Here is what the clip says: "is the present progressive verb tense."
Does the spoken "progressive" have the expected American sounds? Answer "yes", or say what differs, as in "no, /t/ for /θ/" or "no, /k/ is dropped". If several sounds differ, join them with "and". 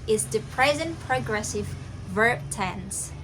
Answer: yes